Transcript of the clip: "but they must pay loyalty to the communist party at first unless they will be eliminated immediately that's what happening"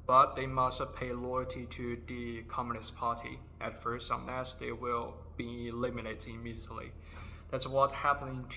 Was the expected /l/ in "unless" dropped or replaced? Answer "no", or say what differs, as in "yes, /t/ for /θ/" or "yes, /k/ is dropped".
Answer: yes, /l/ is dropped